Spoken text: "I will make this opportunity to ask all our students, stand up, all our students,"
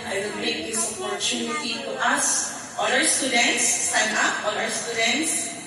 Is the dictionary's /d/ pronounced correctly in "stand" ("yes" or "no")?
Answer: no